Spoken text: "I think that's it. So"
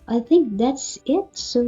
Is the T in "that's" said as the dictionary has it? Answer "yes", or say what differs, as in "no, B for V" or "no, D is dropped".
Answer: yes